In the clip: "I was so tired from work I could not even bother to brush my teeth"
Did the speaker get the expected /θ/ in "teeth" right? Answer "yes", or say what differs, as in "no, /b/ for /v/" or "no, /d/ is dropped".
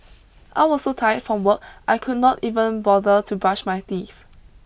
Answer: no, /f/ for /θ/